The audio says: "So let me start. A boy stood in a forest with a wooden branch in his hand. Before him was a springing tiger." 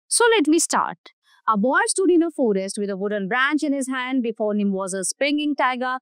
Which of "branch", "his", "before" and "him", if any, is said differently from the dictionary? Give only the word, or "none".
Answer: none